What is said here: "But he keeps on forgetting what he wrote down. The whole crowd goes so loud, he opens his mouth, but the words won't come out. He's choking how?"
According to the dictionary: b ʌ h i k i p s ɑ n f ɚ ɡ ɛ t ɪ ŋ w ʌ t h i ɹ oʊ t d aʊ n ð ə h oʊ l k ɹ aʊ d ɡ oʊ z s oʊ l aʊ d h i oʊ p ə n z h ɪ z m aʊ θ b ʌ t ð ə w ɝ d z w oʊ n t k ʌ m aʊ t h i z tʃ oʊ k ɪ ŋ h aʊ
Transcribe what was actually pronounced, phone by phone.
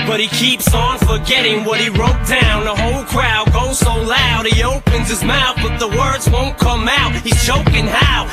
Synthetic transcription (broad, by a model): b ʌ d i k i p s n f ɚ ɡ ɛ t ɪ ŋ w ʌ t h i ɹ oʊ t d aʊ n ð ə h oʊ l k ɹ aʊ d ɡ oʊ z s oʊ l aʊ d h i oʊ p ə n z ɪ z m aʊ θ b ʌ t ð ə w ɝ d z w oʊ n k ʌ m aʊ t h i z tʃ oʊ k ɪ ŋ h aʊ